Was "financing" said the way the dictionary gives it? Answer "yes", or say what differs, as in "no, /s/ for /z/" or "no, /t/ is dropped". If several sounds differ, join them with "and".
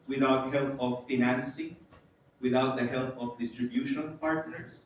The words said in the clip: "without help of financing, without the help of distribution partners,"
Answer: yes